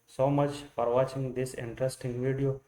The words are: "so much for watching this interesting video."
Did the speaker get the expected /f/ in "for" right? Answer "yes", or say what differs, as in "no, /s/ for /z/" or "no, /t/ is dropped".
no, /p/ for /f/